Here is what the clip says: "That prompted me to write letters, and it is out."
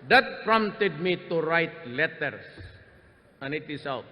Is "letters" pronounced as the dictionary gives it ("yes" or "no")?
no